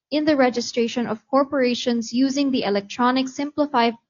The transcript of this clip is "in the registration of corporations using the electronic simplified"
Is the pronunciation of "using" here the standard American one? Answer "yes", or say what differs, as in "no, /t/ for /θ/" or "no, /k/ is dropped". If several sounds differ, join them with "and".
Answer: yes